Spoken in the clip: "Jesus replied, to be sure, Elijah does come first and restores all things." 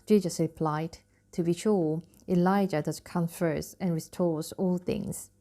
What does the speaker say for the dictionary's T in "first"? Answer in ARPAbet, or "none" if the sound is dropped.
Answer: none